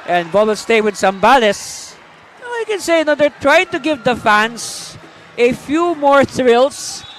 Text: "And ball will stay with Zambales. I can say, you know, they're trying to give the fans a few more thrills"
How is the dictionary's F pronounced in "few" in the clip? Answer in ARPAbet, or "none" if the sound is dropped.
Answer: F